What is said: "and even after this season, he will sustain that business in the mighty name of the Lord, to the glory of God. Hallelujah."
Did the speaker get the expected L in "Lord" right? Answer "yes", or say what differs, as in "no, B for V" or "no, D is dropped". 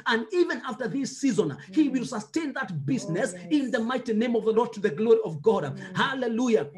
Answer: yes